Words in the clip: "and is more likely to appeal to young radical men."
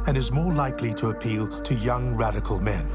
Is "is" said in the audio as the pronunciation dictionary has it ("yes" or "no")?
yes